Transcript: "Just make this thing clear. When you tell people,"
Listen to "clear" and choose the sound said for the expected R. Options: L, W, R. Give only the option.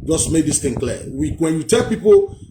W